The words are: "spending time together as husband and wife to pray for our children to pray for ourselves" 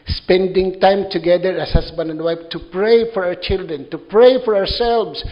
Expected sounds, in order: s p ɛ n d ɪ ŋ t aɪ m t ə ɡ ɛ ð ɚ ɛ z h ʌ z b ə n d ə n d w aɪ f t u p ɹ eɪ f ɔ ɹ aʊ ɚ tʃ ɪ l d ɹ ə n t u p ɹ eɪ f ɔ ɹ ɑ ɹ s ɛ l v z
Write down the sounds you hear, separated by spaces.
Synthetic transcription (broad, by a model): s p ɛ n d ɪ ŋ t aɪ m t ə ɡ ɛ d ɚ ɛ s h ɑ s b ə n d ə n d w aɪ f t u p ɹ eɪ f ɔ ɹ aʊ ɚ tʃ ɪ l d ɹ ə n t u p ɹ eɪ f ɔ ɹ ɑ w s ɛ l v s